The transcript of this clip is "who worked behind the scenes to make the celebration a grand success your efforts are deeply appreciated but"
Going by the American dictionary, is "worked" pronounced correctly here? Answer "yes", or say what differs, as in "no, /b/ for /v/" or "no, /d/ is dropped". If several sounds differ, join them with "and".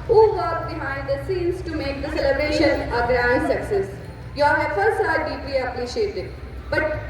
no, /k/ is dropped